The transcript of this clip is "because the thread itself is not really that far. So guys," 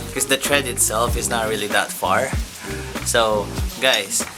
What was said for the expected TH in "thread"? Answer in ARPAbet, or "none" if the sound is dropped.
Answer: T